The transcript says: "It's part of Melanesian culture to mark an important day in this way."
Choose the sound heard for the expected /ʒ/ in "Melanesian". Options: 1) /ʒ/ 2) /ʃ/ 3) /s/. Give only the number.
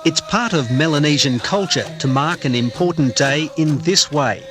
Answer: 1